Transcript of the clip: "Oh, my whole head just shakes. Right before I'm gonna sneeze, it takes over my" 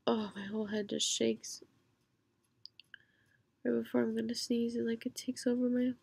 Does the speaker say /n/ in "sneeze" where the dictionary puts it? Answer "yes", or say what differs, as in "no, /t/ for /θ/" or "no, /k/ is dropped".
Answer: yes